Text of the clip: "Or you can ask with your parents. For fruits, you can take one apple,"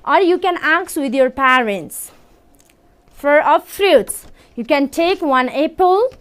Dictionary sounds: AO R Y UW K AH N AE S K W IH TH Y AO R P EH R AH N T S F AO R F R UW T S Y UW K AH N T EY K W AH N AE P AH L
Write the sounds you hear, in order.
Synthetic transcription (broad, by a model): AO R Y UW K AH N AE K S W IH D Y AO R P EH R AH N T S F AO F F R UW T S Y UW K AH N T EY K W AH N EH P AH L